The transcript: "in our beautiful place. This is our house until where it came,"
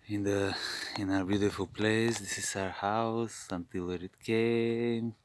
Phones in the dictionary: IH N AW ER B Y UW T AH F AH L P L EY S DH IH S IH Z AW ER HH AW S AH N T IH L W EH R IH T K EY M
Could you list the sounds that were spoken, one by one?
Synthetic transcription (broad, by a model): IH N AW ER B Y UW T AH F AH L P L EY S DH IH S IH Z AW ER HH AW S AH N T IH L W EH R IH T K EY M